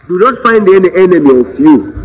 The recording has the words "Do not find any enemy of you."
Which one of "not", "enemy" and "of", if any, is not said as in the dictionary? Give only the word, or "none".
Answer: of